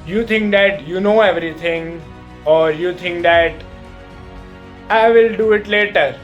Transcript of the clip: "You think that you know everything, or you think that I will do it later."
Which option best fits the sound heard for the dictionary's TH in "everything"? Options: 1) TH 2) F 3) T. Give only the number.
3